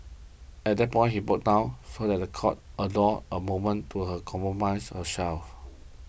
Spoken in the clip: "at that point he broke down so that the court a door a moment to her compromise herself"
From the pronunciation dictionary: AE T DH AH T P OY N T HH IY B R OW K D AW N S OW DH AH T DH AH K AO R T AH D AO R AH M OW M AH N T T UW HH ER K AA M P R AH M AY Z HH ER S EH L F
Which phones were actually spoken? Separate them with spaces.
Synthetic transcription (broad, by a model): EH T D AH T P OY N HH IY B OW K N AW S OW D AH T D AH K AO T AH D AO AH M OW M AH N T T UW HH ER K AA M P R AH M AY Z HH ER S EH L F